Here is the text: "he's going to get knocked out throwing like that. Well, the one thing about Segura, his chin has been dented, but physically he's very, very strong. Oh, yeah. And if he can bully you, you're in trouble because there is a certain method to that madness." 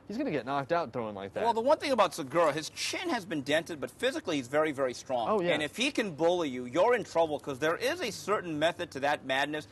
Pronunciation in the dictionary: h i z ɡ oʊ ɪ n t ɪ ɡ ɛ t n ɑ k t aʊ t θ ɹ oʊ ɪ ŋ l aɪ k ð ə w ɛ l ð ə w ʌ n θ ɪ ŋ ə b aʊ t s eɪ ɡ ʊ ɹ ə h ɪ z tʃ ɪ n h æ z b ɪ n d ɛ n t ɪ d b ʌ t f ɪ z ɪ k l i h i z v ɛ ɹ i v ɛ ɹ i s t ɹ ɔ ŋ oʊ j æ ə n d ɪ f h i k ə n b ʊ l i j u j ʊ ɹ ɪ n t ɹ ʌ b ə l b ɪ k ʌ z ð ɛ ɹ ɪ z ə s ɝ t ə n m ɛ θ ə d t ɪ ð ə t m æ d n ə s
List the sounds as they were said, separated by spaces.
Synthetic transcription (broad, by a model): h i z ɡ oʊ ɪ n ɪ ɡ ɛ t n ɑ k t aʊ t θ ɹ oʊ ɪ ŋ l aɪ k ð ə w ɛ l ð ə w ʌ n θ ɪ ŋ ə b aʊ t s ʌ ɡ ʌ ɹ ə h ɪ z tʃ ɪ n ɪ z b ɪ n d ɛ n t ɪ d b ʌ t f ɪ z ɪ k l i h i z v ɛ ɹ i v ɛ ɹ i s t ɹ ɔ ŋ oʊ j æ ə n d ɪ f h i k ə n b ʊ l i j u j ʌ ɹ ɪ n t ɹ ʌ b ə l k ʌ z ð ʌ ɹ ɪ z ə s ɝ t n m ɛ θ ə d t ɪ ð ə t m æ d n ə s